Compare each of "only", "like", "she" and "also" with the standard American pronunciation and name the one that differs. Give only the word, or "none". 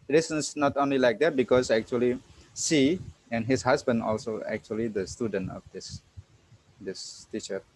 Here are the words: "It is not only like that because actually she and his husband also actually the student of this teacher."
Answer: she